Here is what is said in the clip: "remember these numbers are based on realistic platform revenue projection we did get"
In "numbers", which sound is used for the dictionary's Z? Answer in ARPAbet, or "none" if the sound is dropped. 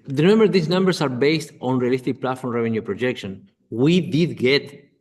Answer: S